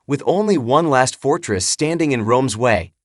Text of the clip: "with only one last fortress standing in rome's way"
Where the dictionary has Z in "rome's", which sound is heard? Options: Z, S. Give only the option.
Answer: Z